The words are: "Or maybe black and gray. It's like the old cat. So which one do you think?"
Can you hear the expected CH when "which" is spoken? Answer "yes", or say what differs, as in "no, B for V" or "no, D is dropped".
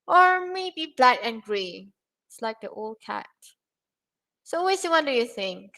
no, S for CH